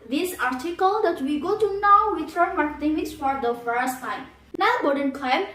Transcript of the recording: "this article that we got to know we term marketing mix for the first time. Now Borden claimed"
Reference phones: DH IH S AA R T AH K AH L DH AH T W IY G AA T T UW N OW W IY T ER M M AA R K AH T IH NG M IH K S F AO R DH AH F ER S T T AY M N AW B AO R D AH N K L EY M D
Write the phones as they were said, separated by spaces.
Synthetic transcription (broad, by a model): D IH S AA R T AH K AH L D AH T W IY G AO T T UW N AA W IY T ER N M AA R K AH T IH NG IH S F AO R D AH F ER S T T AY M N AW B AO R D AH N K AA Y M